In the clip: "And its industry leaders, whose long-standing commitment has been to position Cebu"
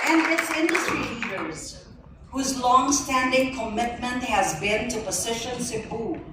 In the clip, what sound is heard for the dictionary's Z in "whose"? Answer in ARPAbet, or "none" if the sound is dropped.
Z